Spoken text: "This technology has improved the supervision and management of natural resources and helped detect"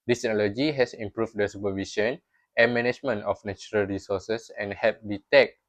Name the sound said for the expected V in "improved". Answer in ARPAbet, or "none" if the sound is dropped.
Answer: F